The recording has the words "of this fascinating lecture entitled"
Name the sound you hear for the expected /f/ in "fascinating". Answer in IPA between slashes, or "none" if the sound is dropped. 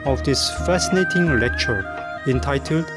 /f/